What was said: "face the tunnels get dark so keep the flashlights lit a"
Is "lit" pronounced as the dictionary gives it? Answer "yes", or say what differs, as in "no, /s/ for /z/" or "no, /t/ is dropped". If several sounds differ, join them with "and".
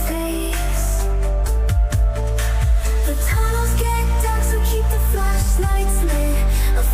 no, /t/ is dropped